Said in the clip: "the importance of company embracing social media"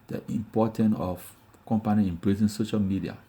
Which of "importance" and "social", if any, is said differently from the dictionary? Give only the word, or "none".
importance